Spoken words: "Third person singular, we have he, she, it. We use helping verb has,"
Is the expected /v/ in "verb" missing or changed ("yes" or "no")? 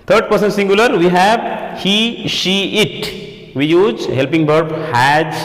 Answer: yes